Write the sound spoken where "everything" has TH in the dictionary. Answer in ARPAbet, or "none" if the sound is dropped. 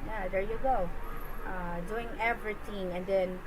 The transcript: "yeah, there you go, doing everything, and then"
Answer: T